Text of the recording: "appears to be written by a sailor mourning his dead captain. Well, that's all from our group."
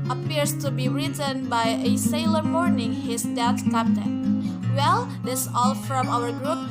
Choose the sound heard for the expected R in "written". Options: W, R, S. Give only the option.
R